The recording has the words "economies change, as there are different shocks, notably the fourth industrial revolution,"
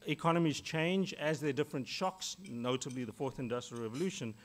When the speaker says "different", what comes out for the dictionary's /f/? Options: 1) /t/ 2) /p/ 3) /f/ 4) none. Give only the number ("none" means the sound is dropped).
3